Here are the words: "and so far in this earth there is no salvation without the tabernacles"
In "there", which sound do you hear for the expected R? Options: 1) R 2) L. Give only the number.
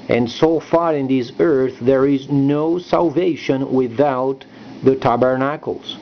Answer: 1